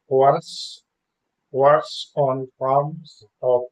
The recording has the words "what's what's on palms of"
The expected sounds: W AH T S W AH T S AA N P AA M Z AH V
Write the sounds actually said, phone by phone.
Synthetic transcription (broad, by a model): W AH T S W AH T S AA N F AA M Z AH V